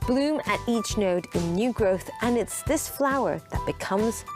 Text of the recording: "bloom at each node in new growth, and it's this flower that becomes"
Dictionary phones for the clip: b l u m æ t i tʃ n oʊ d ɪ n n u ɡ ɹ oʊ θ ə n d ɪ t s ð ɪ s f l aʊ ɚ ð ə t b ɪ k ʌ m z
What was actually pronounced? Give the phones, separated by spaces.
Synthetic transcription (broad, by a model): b l u m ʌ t i tʃ n oʊ d ɪ n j u ɡ ɹ oʊ θ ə n ɪ t s ð ɪ s f l aʊ ɚ ð ə t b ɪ k ʌ m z